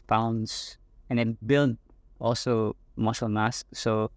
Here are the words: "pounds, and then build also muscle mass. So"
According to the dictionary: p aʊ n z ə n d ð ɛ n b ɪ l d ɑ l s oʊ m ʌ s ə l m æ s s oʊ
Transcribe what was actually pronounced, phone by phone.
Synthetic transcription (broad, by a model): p aʊ n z ə n d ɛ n b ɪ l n ɑ l s oʊ m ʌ ʃ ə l m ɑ s s oʊ